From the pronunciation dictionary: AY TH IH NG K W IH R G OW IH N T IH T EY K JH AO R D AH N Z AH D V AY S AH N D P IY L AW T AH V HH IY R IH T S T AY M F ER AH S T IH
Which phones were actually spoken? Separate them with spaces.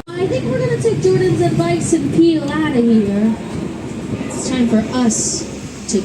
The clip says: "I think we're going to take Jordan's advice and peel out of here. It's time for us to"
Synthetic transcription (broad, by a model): AY TH IH NG K W IH R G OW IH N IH T EY K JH AO R D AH N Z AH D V AY S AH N P IY L AW T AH HH IY R IH T S T AY M F ER AH S T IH